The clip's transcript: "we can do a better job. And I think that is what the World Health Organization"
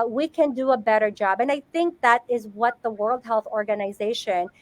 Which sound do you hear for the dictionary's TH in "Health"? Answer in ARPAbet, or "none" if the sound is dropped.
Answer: TH